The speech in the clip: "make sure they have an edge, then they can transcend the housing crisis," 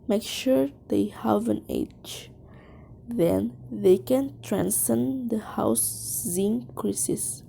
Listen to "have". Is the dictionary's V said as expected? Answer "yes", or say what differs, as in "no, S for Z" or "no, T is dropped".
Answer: yes